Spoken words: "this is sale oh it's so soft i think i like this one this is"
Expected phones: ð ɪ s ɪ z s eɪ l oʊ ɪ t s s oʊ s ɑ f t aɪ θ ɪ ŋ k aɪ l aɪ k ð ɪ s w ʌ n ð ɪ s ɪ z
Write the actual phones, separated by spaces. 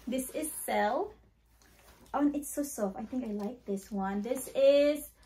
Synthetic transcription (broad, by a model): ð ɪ s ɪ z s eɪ l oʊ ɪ t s s oʊ s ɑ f aɪ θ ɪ ŋ k aɪ l aɪ k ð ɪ s w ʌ n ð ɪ s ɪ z